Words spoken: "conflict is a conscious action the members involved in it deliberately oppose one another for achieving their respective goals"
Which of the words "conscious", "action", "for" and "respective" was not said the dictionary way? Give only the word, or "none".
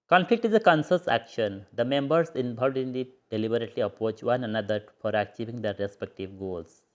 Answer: conscious